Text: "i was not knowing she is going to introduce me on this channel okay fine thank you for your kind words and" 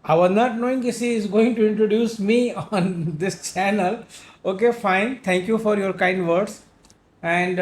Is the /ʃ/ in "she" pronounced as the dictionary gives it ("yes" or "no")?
no